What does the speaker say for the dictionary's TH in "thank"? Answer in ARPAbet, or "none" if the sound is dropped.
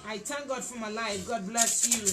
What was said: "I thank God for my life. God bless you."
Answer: T